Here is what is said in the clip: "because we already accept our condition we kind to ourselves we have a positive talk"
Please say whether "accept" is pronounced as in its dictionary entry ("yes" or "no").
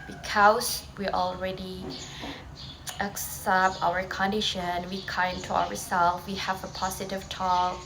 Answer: yes